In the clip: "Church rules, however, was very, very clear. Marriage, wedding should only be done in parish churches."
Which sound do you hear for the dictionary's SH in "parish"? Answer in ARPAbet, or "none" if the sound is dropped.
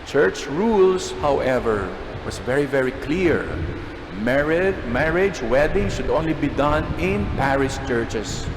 S